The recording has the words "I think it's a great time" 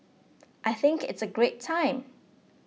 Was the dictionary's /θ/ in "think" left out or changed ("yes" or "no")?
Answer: no